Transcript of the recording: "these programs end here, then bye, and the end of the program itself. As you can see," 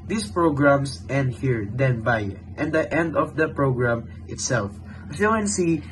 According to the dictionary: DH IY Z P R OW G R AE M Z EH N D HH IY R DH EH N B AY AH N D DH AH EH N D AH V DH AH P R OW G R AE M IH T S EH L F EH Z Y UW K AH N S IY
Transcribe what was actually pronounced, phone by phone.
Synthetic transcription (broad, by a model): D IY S P R OW G R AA M S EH N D HH IY R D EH N B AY AH N D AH EH N D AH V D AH P R OW G R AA M IH T S EH L F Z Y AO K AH N S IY